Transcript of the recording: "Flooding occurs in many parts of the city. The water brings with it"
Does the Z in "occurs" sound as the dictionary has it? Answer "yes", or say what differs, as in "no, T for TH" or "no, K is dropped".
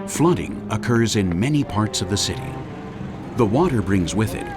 yes